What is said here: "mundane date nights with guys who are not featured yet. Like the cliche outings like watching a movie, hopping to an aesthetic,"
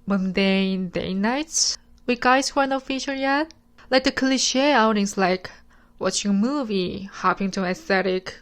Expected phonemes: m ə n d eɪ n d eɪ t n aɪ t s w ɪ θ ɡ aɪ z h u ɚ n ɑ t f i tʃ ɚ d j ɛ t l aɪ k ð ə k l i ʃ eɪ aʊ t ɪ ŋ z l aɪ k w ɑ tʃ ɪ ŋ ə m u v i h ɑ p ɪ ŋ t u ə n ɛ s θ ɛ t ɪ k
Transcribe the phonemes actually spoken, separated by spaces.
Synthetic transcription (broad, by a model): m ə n d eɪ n d eɪ n aɪ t w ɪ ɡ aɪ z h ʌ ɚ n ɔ f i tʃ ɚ j ɛ t l aɪ k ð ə k l i ʃ eɪ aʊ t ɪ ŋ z l aɪ k w ɑ tʃ ɪ ŋ ə m u v i h ɑ p ɪ ŋ t u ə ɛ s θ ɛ t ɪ k